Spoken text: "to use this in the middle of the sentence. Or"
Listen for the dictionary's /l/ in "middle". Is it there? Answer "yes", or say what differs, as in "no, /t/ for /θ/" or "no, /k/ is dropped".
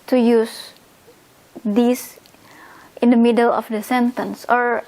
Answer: yes